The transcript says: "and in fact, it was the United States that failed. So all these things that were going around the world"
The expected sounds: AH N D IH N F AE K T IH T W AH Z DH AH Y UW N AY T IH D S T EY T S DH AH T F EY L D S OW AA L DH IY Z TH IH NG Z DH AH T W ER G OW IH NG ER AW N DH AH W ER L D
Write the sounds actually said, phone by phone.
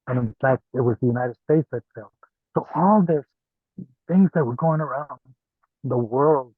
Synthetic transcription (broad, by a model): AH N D IH N F AE K T IH T W AH Z DH AH Y UW N AY T IH D S T EY T S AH T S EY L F S OW AA L DH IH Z TH IH NG Z DH AH T W ER G OW IH NG ER AW N DH AH W ER L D